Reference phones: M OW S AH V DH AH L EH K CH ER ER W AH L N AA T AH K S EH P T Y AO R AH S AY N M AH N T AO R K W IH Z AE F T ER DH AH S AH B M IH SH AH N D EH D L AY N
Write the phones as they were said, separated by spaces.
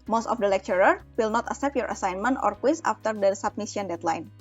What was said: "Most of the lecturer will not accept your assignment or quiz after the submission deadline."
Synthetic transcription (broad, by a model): M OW S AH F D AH L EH K CH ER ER W AH L N AA T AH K S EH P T Y AO R AH S AY N M AH N T AO R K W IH S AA F T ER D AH S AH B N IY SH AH N D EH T L AY N